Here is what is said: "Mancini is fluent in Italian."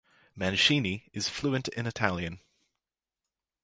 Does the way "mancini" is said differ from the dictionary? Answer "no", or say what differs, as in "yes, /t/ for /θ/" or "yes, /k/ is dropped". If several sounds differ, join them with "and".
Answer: yes, /ʃ/ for /tʃ/